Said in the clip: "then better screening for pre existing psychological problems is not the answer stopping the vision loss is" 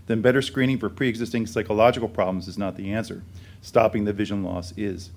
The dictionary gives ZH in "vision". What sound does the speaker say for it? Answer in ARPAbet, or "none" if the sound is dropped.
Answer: ZH